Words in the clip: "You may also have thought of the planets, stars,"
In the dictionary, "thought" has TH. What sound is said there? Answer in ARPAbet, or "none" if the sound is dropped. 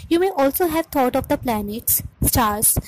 T